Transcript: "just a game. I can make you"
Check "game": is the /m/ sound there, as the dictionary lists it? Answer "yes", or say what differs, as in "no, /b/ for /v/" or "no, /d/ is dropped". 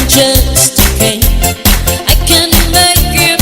no, /m/ is dropped